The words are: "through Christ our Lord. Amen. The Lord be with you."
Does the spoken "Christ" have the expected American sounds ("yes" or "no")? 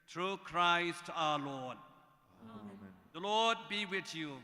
yes